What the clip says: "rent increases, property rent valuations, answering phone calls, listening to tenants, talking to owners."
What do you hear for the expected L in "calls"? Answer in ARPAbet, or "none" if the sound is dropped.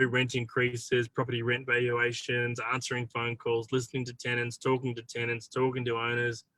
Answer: L